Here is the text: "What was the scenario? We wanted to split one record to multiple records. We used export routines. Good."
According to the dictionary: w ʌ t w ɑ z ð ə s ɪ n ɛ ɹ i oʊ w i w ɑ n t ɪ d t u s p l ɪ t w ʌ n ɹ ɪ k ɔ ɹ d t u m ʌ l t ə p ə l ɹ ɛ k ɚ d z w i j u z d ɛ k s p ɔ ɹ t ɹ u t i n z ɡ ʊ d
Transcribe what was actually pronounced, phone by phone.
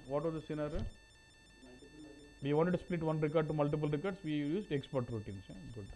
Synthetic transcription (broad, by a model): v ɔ t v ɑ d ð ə s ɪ n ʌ ɹ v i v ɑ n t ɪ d t u s p l ɪ t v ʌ n ɹ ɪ k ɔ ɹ d t u m ʌ l t ə p ə l ɹ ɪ k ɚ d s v i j u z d ɛ k s p ɔ ɹ t ɹ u t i n s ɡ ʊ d